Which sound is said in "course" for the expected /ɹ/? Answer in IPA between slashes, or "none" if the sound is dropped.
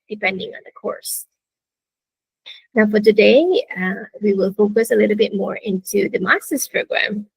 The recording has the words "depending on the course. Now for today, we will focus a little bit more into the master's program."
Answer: /ɹ/